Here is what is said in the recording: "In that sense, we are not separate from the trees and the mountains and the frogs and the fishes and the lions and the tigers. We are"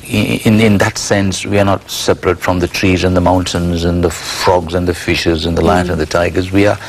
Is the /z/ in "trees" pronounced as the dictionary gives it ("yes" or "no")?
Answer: yes